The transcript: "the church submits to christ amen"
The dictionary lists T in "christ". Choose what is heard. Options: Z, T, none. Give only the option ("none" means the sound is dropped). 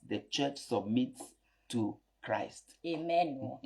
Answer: T